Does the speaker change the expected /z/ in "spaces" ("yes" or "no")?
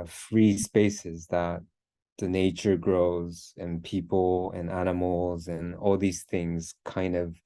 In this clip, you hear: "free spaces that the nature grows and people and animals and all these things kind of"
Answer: no